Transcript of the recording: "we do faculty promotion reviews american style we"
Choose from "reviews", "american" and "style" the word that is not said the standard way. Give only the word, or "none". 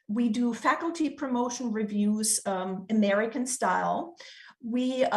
none